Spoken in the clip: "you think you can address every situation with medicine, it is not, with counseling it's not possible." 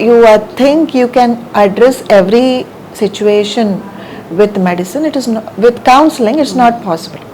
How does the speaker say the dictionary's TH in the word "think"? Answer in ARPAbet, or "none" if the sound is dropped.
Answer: T